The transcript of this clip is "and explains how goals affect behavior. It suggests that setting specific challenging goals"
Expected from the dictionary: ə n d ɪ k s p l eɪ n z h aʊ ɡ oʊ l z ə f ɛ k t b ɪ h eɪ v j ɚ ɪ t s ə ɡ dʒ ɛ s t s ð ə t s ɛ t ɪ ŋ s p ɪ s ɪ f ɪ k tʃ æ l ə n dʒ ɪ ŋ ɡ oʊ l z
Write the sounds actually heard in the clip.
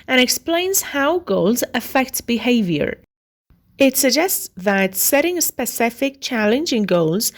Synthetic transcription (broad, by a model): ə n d ɪ k s p l eɪ n z h aʊ ɡ oʊ l z ə f ɛ k t b ɪ h eɪ v j ɚ ɪ t s ə ɡ dʒ ɛ s t s ð ə t s ɛ t ɪ ŋ s p ɪ s ɪ f ɪ k tʃ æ l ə n dʒ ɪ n ɡ oʊ l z